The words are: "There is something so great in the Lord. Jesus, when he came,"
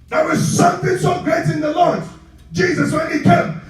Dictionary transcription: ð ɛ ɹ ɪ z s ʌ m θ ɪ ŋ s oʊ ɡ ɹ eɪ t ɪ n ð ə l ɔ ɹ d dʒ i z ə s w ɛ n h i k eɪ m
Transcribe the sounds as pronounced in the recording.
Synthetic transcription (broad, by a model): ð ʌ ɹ ɪ z s ʌ m θ ɪ ŋ s oʊ ɡ ɹ eɪ t ɪ n ð ə l ɔ ɹ d dʒ i z ə s w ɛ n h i k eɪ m